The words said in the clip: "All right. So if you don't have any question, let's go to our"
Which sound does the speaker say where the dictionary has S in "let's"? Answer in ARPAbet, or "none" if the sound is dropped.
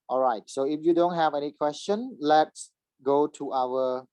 S